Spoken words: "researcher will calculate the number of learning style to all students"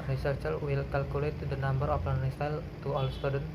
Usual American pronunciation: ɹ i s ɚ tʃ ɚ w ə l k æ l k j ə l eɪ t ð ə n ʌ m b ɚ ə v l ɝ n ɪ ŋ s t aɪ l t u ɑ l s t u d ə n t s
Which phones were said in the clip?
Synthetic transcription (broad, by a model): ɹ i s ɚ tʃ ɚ w ə l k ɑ l k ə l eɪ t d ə n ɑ m b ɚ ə p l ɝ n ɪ s t aɪ l t u ɑ l s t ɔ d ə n